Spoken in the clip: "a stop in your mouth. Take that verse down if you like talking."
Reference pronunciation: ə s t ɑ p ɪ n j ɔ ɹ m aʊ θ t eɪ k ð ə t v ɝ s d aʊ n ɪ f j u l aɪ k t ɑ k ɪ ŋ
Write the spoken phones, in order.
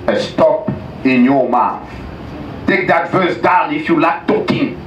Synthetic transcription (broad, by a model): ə s t ɑ p ɪ n j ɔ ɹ m aʊ θ t eɪ k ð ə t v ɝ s d aʊ n ɪ f j u l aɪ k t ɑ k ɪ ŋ